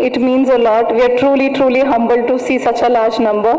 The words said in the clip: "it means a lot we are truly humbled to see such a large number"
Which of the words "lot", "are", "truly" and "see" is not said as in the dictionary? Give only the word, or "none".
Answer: are